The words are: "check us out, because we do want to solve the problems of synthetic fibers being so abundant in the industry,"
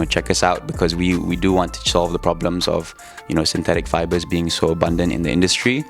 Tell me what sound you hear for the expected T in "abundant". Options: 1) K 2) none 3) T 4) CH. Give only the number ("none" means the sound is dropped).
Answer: 3